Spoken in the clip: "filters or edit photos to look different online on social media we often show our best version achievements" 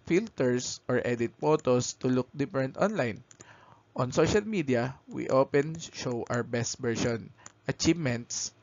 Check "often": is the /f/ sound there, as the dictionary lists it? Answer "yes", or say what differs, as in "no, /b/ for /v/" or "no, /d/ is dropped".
no, /p/ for /f/